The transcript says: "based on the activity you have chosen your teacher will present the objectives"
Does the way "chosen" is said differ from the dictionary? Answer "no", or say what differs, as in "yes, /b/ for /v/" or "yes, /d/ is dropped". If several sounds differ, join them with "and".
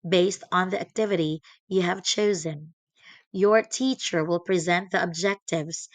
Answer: no